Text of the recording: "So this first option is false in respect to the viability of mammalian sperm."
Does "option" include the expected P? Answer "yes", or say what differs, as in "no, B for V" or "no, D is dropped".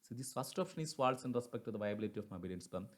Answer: no, F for P